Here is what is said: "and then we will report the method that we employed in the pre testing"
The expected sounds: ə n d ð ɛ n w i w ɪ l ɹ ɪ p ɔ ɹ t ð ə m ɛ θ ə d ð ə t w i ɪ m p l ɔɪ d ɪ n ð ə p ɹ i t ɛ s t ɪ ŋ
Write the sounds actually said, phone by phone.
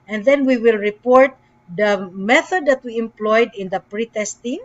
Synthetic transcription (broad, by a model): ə n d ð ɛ n w i w ɪ l ɹ ɪ p ɔ ɹ t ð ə m ɛ θ ə d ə t w i ɪ m p l ɔɪ d ɪ n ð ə p ɹ i t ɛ s t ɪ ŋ